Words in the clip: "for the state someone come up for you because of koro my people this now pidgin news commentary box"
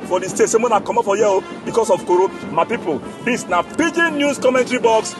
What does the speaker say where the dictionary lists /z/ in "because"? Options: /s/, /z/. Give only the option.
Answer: /s/